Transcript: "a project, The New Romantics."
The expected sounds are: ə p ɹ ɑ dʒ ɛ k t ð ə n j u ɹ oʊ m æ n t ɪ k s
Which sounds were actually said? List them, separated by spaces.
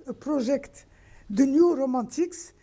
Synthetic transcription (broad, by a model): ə p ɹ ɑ ʒ ɛ k t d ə n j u ɹ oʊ m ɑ t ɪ k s